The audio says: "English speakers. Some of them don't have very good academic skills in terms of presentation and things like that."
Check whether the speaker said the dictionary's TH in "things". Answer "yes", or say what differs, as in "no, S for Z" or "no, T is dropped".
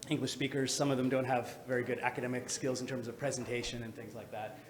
yes